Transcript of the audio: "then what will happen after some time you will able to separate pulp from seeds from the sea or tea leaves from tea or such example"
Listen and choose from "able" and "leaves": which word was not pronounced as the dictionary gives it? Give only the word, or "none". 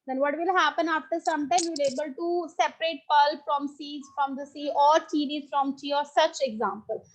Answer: leaves